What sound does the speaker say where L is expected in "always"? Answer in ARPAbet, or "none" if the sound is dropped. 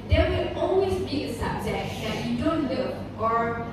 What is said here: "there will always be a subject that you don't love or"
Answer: N